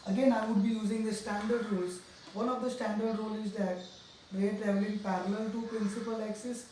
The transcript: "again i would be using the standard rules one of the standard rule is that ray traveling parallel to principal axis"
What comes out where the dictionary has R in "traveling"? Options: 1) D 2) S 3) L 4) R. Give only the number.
3